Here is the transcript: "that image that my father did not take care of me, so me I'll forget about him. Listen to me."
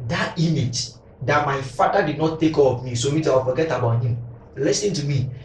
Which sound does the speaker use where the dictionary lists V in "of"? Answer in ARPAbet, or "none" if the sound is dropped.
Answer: P